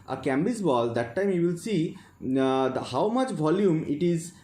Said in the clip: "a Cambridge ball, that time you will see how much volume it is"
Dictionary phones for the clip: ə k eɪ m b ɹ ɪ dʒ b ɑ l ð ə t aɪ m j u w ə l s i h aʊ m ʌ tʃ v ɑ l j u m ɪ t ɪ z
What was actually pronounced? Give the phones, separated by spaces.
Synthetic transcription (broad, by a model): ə k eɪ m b ɪ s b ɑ l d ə t aɪ m j u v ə l s i h aʊ m ʌ tʃ v ɑ l j u m ɪ t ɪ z